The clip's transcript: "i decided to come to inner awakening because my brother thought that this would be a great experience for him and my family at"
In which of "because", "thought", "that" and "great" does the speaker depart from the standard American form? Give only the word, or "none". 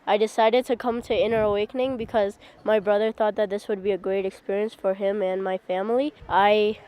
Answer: none